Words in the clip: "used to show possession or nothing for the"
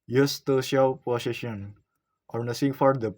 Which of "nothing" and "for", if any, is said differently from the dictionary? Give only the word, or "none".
nothing